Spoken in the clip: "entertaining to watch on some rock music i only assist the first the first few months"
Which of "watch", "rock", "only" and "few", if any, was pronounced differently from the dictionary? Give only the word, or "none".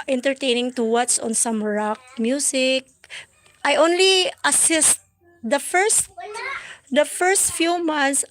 watch